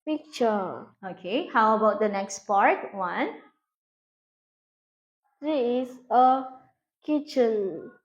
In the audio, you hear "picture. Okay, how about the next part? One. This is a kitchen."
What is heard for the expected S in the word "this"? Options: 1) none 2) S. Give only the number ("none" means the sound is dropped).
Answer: 1